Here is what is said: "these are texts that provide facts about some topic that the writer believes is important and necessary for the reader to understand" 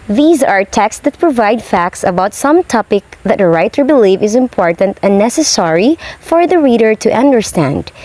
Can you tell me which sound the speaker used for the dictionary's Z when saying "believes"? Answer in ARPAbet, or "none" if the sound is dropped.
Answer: none